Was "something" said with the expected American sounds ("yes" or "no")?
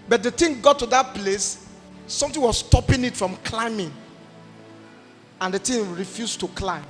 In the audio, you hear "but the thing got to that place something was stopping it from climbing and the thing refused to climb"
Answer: no